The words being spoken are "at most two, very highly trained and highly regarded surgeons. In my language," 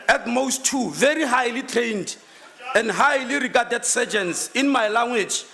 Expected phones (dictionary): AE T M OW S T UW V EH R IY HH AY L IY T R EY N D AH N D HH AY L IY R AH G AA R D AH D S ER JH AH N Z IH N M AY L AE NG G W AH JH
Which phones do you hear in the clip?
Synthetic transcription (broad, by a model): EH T M OW S T UW V EH R IY HH AY L IY T R EY N D AH N D HH AY L IY R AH G AA D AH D S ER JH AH N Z IH N M AY L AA NG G W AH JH